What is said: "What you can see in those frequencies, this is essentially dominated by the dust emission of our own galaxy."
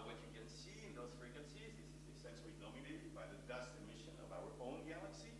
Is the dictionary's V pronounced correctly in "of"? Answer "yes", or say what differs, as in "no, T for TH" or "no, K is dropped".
yes